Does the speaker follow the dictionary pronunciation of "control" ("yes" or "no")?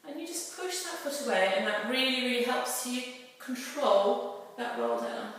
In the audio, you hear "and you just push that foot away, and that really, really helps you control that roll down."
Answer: yes